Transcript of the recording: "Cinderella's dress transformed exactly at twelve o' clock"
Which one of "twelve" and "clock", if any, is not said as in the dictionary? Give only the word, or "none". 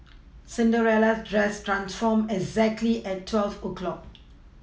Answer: twelve